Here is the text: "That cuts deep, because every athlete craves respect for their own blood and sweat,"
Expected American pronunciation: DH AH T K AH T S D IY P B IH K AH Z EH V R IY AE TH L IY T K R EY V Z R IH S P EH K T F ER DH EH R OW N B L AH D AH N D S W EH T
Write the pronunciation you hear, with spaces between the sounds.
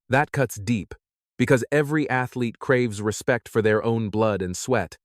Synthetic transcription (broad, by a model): DH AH T K AH T S D IY P B IH K AH Z EH V R IY AE TH L IY T K R EY V Z R IH S P EH K T F ER DH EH R OW N B L AH D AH N S W EH T